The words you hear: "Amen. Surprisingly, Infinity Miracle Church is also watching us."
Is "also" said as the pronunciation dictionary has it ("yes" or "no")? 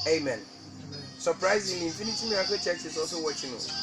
no